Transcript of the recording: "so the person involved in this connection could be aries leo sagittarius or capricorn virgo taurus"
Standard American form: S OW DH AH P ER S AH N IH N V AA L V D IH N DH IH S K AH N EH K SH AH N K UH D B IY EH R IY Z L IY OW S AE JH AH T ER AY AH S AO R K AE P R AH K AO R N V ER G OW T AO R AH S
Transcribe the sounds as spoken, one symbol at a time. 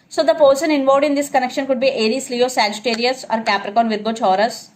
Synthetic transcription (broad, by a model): S OW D AH P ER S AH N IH N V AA V D IH N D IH S K AH N EH K SH AH N K UH D B IY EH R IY S L IY OW S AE JH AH T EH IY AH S AO R K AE P R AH K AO N V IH G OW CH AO R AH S